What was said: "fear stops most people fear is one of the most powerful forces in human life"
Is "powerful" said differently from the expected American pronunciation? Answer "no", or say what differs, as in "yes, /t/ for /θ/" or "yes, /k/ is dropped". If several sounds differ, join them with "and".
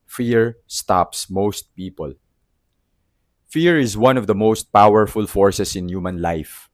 no